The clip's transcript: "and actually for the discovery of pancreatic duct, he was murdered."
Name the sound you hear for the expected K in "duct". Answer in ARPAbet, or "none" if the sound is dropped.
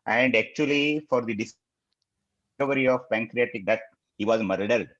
none